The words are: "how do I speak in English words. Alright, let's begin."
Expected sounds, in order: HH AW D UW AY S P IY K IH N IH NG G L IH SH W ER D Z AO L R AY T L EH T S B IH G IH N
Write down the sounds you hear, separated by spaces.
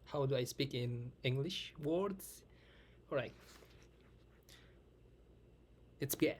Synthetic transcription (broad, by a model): HH AW D UW AY S P IY K IH N IH NG G L IH SH W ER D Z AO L R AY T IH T S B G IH